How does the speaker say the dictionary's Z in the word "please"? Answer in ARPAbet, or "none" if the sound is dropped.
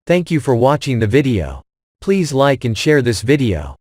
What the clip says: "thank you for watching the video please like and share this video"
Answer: Z